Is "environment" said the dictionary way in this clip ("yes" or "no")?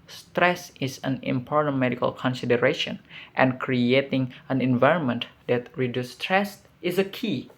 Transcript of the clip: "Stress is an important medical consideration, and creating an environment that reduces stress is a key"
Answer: yes